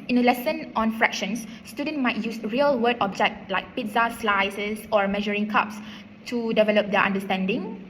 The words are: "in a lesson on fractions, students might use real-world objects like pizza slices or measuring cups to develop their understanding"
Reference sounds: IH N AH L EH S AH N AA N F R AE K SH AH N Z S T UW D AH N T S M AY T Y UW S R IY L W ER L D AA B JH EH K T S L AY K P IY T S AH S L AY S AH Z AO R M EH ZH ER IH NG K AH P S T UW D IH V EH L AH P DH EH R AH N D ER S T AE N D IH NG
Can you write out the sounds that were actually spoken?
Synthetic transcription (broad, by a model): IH N AH L EH S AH N AA N F R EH K SH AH N S T UW D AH N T M AY T Y UW S R IY L W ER D AA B JH EH K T L AY K P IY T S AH S L AY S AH S AO R M EH ZH ER IH NG K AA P S T UW D IH V EH L AH P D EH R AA N D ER S T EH N D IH NG